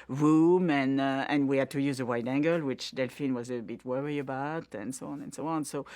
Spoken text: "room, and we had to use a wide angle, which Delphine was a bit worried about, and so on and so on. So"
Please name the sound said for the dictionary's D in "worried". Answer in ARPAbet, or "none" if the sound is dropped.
none